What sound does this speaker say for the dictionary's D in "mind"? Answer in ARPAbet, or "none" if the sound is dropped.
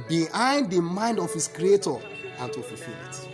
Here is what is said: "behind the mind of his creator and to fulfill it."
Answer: D